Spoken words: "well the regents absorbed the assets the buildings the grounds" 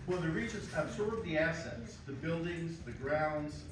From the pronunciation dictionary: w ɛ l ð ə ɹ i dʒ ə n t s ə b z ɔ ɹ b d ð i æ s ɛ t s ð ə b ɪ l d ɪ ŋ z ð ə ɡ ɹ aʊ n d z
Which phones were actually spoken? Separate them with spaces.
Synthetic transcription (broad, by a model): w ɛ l ð ə ɹ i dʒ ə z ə b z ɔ ɹ b ð i æ s ɛ t s ð ə b ɪ l d ɪ ŋ z ð ə ɡ ɹ aʊ n d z